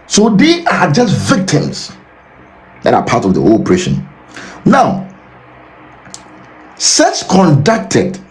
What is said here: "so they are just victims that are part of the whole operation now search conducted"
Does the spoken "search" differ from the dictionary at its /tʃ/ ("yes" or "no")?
yes